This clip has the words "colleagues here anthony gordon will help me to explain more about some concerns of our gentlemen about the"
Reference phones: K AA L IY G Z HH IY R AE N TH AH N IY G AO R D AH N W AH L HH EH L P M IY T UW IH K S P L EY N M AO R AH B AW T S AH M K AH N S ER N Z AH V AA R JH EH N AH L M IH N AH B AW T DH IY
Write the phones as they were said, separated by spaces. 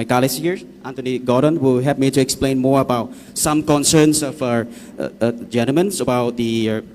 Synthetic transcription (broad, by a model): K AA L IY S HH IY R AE N T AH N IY G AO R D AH N W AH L HH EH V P M IY T UW IH K S P L EY N M AO R AH B AW T S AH M K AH N S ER N S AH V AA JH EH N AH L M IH N AH B AW T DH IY